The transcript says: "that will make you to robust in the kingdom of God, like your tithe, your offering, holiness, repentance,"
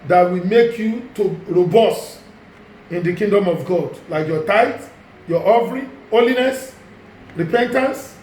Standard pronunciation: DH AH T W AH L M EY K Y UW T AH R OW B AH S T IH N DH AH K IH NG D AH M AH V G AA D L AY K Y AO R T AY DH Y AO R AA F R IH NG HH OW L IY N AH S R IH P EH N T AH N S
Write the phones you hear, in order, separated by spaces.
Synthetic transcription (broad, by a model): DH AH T W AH M EY K Y UW T AH R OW B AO S IH N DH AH K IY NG D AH M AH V G AA D L AY K Y AO T AY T Y AO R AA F R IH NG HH OW L IY N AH S R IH P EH N T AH N S